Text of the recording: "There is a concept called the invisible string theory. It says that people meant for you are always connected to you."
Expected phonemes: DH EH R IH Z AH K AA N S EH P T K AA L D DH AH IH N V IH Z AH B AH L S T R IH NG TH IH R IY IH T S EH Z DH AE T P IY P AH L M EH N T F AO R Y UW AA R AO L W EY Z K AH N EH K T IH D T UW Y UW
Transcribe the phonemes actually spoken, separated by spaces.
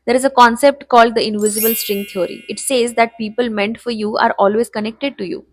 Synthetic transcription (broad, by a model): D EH R IH Z AH K AA N S EH P T K AA L D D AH IH N V IH Z AH B AH L S T R IH NG T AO R IY IH T S EH Z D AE T P IY P AH L M EH N T F AO R Y UW AA R AO L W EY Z K AH N EH K T IH D T UW Y UW